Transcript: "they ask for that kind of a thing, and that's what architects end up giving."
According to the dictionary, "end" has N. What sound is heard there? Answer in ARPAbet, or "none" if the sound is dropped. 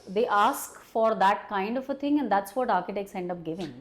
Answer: N